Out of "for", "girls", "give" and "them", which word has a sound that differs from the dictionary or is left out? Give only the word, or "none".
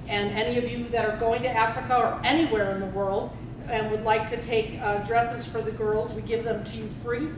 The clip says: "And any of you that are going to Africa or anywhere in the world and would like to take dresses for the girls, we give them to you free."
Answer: none